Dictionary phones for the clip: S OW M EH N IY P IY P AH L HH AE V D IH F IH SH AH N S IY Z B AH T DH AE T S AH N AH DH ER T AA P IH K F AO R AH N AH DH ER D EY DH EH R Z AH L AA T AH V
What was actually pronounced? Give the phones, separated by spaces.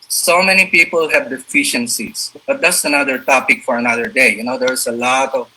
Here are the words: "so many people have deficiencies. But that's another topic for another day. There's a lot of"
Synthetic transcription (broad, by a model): S OW M EH N IY P IY P AH L HH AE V D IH F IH SH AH N S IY S B AH T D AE T S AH N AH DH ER T AA P IH K F AO R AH N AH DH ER D EY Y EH R S AH L AA T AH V